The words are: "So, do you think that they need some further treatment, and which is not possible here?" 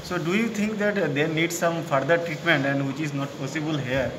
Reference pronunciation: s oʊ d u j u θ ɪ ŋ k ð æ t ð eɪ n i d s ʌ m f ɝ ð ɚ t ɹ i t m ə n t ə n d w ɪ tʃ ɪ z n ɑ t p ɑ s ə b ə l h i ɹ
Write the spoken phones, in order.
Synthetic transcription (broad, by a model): s oʊ d u j u t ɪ ŋ k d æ t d eɪ n i d s ʌ m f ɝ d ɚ t ɹ i t m ə n t ə n d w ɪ tʃ ɪ z n ɑ t p ɑ s ə b ə l h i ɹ